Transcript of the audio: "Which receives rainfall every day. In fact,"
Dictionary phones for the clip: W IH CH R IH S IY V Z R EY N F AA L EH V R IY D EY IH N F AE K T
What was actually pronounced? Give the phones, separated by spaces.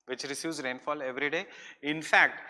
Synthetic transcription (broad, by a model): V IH CH R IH S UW Z R EY N F AA L EH V R IY D EY IH N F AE K T